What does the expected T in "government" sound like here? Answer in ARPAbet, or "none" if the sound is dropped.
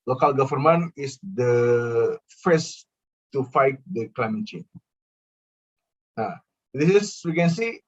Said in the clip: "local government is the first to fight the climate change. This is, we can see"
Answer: none